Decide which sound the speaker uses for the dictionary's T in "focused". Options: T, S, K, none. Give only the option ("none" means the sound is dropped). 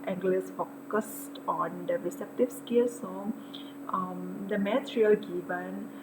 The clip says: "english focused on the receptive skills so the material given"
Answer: T